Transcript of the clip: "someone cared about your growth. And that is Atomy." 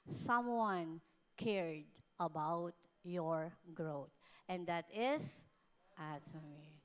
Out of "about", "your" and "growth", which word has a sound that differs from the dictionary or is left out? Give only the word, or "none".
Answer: growth